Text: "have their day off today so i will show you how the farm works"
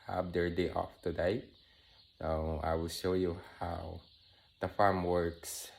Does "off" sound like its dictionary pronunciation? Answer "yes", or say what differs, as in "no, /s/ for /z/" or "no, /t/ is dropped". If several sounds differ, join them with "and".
yes